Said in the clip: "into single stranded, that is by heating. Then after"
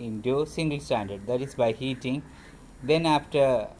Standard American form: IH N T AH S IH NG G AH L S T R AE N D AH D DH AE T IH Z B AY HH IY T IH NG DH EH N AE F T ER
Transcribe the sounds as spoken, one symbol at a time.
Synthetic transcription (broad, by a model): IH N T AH S IH NG G AH L S T AE N D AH D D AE T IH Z B AY HH IY T IH NG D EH N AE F T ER